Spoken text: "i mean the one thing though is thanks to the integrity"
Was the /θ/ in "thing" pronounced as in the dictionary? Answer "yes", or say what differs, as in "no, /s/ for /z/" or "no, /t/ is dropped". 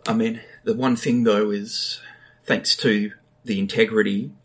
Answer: yes